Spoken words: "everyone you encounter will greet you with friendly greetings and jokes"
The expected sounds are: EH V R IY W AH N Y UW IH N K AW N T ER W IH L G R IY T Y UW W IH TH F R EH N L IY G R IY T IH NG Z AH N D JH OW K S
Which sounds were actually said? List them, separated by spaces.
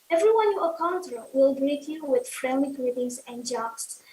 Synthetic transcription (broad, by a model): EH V R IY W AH N Y UW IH K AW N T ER W IH L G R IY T Y UW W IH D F R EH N IY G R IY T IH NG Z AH N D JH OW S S